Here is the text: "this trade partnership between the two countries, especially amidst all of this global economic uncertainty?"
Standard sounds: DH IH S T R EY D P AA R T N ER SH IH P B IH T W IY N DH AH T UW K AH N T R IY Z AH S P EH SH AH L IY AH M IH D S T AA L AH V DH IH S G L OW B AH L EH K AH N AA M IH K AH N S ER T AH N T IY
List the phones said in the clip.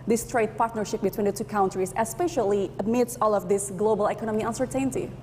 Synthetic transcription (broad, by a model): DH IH S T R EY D P AA R T N ER SH IH P B IH T W IY N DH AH T UW K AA N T R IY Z AH S P EH SH AH L IY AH M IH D S AA L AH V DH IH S G L OW B AH L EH K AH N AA M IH AH N S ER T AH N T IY